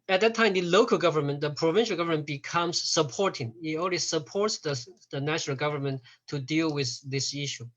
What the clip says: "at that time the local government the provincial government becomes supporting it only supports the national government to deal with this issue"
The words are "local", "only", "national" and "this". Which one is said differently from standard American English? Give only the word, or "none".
only